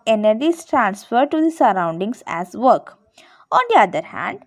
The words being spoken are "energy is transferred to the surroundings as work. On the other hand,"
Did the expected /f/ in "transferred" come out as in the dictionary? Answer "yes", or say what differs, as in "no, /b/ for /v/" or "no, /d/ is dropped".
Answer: yes